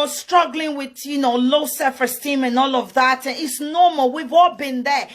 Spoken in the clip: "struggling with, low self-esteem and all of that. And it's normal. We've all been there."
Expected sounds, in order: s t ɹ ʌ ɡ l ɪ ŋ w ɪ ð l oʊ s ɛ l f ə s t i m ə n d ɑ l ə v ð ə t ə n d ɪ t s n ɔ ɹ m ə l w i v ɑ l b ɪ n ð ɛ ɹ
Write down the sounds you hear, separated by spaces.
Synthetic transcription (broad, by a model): s t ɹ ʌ ɡ l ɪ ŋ w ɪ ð l oʊ s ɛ f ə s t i m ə n ɑ l ə v ð ə t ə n ɪ t s n ɔ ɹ m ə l w i v ɑ l b ɪ n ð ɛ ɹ